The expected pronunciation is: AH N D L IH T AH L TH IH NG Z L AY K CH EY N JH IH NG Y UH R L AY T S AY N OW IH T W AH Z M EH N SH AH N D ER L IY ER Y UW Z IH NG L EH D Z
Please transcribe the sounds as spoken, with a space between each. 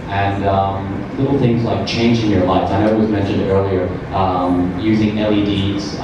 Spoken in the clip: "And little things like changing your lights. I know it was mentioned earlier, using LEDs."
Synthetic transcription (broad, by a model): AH N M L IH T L TH IH NG Z L AY K CH EY N JH IH NG Y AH R L AY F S AY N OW IH T W AH Z M EH N SH AH N D ER L IY ER Y UW Z IH NG L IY D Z